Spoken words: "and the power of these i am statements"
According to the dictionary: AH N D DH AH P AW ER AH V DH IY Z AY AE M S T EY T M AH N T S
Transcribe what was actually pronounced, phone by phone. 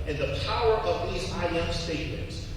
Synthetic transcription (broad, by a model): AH N DH AH P AW ER AH V DH IY Z AY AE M S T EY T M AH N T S